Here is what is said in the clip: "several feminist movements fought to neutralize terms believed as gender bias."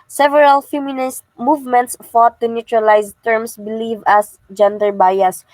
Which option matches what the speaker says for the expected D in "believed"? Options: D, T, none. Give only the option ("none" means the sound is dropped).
none